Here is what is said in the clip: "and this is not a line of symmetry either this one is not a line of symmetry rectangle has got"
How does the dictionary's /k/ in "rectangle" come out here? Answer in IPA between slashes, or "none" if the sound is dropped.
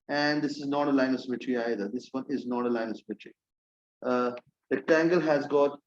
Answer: none